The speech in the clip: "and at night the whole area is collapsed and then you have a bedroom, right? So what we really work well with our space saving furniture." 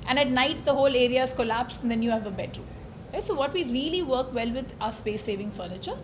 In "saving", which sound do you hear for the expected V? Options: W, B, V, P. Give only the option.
V